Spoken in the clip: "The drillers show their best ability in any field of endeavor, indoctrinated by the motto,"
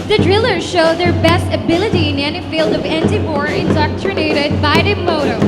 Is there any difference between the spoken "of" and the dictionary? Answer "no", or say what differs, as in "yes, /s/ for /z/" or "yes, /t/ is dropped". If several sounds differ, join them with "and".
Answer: no